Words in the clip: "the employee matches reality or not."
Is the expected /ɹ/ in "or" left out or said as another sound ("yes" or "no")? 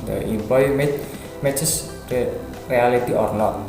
no